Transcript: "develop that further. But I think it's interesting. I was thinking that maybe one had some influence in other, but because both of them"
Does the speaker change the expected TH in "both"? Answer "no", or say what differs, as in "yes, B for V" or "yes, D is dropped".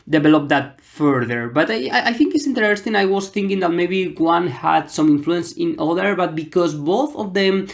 no